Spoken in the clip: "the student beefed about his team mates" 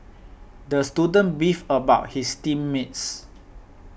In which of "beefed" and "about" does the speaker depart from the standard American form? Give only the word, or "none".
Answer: beefed